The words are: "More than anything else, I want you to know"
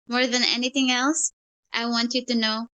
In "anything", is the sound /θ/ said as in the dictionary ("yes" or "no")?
yes